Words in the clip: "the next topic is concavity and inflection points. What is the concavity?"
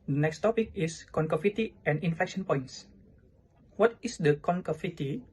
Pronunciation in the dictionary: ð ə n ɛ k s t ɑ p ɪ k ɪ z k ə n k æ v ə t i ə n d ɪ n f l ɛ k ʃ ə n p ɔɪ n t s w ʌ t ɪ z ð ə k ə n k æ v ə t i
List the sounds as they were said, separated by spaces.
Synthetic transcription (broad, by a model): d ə n ɛ k s t ɑ p ɪ k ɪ s k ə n k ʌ f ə t i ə n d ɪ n f ɛ k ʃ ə n p ɔɪ n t s w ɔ t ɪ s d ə k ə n k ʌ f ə t i